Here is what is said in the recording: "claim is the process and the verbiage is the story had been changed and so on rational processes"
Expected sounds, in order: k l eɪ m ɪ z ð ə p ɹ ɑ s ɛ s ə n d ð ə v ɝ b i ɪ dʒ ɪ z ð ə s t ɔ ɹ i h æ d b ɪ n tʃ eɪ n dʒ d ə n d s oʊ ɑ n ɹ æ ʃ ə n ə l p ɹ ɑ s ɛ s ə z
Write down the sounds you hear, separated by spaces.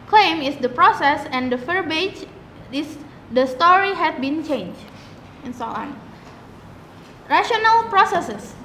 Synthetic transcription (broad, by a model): k l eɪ m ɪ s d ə p ɹ ɑ s ɛ s ə n d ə f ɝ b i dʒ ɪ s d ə s t ɔ ɹ i h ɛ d b ɪ n tʃ eɪ n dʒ ə n s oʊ ɑ n ɹ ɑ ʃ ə n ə l p ɹ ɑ s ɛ s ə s